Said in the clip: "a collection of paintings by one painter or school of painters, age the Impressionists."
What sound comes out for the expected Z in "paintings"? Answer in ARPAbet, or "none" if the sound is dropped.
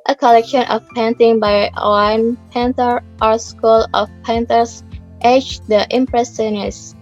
none